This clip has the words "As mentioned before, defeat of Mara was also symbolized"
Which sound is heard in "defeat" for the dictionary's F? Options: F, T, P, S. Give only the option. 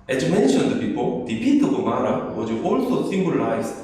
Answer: P